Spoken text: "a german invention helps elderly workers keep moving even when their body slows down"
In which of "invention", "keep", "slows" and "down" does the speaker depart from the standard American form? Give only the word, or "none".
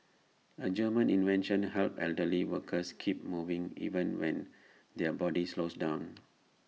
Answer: slows